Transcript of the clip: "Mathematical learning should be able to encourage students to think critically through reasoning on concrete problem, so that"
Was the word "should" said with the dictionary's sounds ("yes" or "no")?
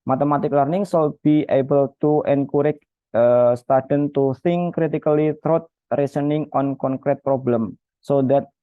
no